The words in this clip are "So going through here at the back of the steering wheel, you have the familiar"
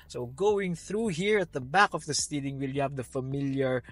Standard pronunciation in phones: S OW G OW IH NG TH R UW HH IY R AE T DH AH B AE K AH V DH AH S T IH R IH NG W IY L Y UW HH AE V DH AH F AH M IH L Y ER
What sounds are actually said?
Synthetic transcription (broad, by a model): S OW G OW IH NG TH R UW HH IY R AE T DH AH B AE K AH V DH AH S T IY L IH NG W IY L Y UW HH AE V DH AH F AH M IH L Y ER